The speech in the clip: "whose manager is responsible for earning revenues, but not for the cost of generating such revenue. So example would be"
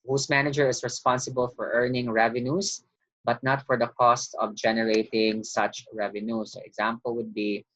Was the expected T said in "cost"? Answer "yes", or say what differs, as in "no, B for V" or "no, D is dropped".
yes